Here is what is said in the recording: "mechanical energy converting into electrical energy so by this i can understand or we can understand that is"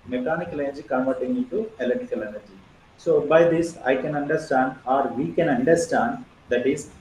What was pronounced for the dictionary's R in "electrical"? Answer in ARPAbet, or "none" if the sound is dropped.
none